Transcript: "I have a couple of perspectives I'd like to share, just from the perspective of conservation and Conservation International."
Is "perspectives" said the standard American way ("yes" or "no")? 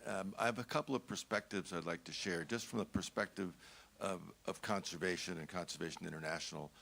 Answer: yes